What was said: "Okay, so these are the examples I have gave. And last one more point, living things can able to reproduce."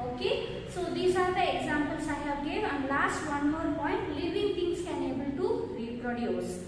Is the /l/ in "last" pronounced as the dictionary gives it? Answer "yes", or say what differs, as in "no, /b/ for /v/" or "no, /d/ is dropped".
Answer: yes